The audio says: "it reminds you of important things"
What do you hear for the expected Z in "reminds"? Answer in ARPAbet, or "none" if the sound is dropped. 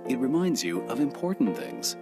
Z